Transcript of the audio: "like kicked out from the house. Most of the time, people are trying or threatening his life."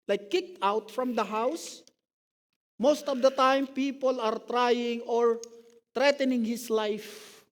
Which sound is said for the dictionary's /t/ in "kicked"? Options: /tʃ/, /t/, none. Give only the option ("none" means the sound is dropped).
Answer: /t/